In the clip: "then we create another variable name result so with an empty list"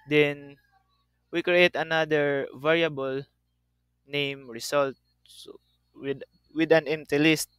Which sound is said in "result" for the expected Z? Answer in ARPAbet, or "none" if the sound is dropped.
S